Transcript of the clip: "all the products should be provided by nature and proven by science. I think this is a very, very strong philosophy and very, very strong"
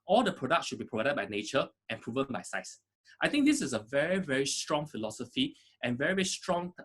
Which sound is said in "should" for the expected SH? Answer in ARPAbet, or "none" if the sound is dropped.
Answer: SH